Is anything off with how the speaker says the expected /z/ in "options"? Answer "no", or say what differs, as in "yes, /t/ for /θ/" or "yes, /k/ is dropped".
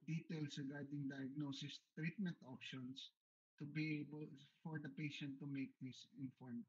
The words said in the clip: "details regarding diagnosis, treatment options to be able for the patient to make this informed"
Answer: yes, /s/ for /z/